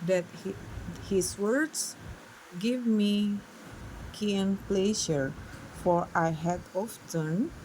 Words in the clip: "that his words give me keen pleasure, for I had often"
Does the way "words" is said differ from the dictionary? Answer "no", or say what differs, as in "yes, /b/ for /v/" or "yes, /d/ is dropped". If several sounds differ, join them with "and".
yes, /s/ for /z/